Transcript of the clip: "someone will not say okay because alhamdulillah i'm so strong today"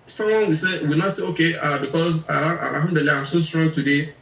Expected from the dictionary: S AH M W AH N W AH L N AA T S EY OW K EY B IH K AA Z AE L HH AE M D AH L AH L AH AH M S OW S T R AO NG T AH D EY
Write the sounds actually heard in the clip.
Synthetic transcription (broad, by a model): S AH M W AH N W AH W N AA T S EY OW K EY B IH K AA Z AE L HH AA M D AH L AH AH AH M S OW S T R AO NG T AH D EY